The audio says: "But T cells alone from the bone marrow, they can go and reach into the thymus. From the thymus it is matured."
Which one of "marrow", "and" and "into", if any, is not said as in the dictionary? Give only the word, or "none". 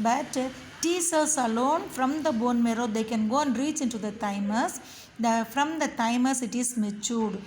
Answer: none